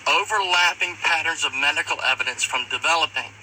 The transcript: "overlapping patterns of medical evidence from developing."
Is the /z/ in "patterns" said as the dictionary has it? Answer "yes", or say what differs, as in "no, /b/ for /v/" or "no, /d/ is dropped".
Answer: yes